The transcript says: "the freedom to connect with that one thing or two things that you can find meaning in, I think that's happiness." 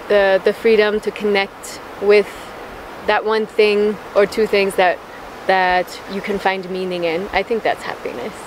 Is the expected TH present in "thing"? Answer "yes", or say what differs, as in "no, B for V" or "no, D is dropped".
yes